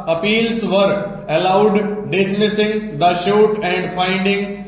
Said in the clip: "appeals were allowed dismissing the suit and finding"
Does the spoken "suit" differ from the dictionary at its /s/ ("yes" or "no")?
yes